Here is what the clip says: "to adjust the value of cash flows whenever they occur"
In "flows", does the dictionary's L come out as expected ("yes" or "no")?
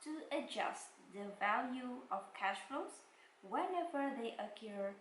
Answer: no